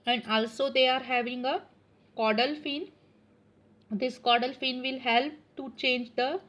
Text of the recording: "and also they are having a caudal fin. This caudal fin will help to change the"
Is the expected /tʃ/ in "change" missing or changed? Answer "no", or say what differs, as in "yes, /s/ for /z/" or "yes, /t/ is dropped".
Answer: no